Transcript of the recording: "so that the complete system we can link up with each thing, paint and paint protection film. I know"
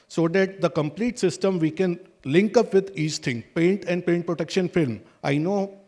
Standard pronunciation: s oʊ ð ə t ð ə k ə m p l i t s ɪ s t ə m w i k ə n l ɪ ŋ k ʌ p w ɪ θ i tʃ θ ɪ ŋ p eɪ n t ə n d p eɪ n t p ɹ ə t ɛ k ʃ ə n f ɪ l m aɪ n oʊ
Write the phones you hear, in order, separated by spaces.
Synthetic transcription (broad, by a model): s oʊ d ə t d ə k ə m p l i t s ɪ s t ə m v i k ə n l ɪ ŋ k ʌ p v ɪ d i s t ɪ ŋ p eɪ n t ə n d p eɪ n t p ɹ ə t ɛ k ʃ ə n f ɪ l m aɪ n oʊ